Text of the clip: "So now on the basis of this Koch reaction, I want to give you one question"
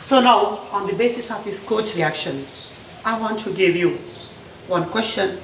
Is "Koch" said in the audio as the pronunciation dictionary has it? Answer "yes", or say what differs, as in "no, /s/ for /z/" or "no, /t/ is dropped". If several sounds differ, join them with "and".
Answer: yes